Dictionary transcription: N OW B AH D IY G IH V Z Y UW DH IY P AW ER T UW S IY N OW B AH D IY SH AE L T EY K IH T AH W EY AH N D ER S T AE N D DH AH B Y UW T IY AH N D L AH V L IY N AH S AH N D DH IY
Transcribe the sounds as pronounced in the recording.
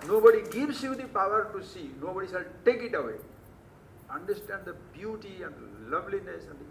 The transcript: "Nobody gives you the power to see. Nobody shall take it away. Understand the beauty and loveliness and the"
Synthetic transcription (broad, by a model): N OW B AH D IY G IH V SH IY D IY P AW ER T UW S IY N OW B AH D IY S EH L T EY K IH T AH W EY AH N D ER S T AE N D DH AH B Y UW T IY AH N D L AH V L IY N AH S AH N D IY